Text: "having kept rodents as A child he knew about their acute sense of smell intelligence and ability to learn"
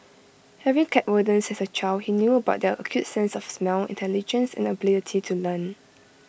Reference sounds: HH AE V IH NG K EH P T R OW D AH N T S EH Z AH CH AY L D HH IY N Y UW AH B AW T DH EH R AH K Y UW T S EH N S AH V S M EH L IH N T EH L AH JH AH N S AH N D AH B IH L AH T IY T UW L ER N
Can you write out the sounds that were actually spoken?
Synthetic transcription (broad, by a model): HH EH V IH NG K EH T W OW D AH N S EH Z AH CH AY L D HH IY N Y UW AH B AW T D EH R AH K Y UW T S EH N S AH F S M EH L IH N T EH L AH JH AH N S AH N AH B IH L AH T IY T UW L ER N